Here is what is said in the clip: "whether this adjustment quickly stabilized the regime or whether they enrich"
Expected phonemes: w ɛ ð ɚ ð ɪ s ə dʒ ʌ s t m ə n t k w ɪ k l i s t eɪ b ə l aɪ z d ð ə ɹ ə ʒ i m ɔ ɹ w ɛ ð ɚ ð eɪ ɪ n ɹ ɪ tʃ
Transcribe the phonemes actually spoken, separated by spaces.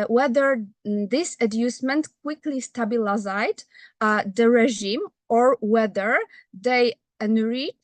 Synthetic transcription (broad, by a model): w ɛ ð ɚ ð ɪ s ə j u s m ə n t k w ɪ k l i s t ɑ b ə l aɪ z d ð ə ɹ ə ʒ i m ɔ ɹ w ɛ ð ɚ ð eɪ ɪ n ɹ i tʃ